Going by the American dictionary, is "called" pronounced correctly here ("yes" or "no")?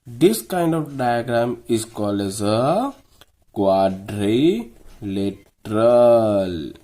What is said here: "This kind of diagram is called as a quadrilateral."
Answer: no